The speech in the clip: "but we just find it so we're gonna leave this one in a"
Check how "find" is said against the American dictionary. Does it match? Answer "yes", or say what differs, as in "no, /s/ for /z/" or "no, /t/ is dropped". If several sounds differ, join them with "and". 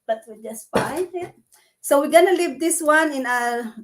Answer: no, /d/ is dropped